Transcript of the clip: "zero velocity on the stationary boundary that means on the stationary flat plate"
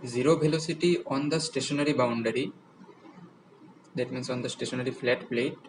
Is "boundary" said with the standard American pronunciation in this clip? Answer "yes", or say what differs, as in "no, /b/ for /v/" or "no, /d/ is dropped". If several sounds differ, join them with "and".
yes